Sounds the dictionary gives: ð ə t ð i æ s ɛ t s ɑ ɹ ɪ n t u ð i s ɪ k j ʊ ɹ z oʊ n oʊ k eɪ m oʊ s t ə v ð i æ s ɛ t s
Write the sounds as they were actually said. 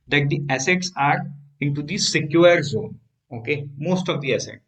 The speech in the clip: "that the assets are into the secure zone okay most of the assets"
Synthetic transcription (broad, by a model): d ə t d i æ s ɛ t s ɑ ɹ ɪ n t u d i s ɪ k j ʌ ɹ z oʊ n oʊ k eɪ m oʊ s t ə v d i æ s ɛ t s